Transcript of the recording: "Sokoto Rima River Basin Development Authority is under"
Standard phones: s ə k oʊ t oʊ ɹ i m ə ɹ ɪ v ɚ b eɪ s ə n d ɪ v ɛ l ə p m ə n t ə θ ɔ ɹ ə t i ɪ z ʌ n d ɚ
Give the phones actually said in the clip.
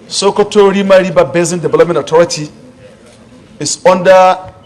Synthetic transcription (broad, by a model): s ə k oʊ t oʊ ɹ i m ə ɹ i b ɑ b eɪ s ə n d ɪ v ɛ l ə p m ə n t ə t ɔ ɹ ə t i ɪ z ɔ n d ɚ